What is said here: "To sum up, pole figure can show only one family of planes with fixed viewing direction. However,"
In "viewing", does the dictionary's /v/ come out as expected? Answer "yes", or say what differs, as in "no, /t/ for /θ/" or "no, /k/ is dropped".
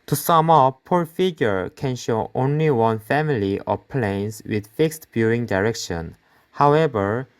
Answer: no, /b/ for /v/